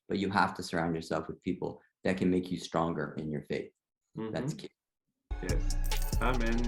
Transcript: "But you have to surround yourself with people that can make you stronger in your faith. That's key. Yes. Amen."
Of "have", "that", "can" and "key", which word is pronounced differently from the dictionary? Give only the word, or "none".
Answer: have